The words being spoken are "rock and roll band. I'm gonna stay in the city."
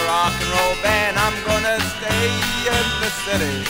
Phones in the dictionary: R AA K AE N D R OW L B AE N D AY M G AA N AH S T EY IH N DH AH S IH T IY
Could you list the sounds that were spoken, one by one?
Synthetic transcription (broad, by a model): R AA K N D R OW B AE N AY M G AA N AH S T EY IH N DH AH S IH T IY